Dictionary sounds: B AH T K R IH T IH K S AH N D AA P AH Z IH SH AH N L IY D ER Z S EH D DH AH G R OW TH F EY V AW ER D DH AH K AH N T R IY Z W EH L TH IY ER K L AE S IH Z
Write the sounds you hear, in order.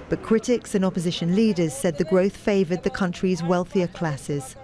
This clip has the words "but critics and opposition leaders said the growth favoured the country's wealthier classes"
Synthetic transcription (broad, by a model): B AH T K R IH T IH K S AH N AA P AH Z IH SH AH N L IY D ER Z S EH D DH AH G R OW TH F EY V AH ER D DH AH K AH N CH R IY Z W EH L TH IY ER K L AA S IH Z